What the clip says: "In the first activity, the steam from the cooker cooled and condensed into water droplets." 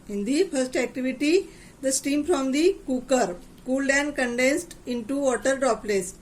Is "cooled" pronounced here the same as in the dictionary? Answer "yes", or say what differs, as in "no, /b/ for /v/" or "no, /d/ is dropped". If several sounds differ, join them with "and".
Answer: yes